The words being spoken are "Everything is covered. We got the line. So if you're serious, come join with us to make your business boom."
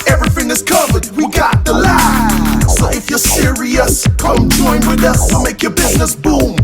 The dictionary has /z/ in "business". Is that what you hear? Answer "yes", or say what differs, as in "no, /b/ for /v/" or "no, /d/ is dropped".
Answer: yes